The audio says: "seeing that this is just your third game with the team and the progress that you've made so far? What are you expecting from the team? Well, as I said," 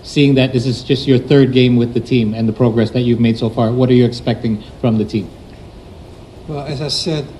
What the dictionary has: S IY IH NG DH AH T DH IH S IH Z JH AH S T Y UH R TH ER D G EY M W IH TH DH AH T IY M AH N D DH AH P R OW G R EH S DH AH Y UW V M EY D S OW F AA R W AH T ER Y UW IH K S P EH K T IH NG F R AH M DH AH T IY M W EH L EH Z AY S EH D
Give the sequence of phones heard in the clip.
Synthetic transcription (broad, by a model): S IY IH NG DH AH T DH IH S IH Z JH AH S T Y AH R TH ER D G EY M W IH DH AH T IY M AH N DH AH P R OW G R EH S DH AH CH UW V M EY D S OW F AA R W AH T ER Y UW IH K S P EH K T IH NG F R AH M DH AH T IY M W EH L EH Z AY S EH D